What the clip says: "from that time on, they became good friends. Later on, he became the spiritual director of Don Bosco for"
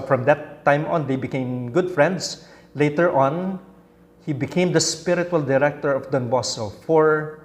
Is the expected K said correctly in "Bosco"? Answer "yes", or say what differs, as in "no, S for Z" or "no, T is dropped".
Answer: no, K is dropped